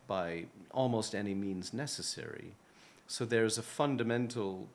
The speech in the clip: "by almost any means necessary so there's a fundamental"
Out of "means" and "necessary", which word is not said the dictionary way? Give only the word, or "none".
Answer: none